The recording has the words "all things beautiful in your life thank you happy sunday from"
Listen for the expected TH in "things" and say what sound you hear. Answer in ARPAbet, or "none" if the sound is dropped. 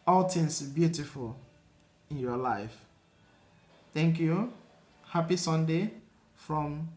T